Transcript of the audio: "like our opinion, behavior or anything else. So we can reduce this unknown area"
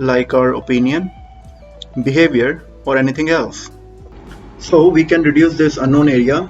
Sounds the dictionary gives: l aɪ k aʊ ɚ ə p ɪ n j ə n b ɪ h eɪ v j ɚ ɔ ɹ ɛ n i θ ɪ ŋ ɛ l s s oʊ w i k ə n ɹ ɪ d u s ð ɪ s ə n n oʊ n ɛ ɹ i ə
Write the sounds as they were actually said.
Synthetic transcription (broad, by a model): l aɪ k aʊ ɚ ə p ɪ n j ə n b ɪ h eɪ v j ɚ ɔ ɹ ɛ n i t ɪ ŋ ɛ l s s oʊ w i k ə n ɹ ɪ d u s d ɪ s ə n n oʊ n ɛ ɹ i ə